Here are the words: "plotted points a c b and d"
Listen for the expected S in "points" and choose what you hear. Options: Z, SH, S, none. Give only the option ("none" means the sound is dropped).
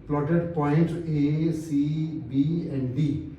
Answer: none